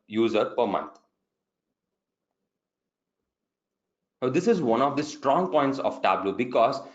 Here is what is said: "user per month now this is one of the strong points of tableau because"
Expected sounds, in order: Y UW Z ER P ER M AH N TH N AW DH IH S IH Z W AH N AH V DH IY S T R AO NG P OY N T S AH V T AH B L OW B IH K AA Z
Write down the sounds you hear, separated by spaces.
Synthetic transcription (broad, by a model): Y UW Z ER P ER M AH N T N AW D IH S IH Z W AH N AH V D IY S T R AO NG P OY N T S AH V T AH B L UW B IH K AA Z